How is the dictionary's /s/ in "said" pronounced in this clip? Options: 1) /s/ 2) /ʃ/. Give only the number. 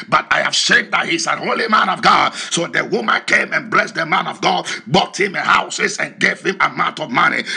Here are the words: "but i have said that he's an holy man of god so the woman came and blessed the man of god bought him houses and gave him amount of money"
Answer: 2